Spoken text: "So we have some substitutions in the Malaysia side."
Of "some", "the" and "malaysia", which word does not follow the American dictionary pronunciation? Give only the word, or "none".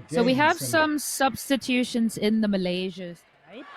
none